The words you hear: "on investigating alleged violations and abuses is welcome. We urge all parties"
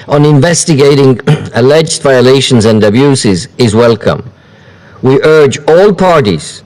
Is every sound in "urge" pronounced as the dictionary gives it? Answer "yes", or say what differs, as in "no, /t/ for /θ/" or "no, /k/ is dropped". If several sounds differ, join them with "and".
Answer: yes